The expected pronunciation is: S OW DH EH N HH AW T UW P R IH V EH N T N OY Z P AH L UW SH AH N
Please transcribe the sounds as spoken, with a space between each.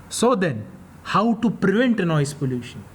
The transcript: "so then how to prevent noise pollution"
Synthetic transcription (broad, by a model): S OW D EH N HH AW T UW P R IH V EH N T N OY S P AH L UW SH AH N